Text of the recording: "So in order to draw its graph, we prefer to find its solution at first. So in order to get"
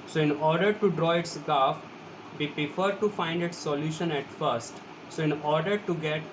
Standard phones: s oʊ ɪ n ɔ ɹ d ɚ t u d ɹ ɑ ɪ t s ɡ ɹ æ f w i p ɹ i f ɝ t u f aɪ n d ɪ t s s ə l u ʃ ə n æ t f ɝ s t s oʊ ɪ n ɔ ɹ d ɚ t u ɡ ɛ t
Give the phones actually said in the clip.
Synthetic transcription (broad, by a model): s oʊ ɪ n ɔ ɹ d ɚ t u d ɹ ɑ ɪ t s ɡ ɑ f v i p ɹ i f ɝ t u f aɪ n d ɪ t s s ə l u ʃ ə n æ t f ɝ s t s oʊ ɪ n ɔ ɹ d ɚ t u ɡ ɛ t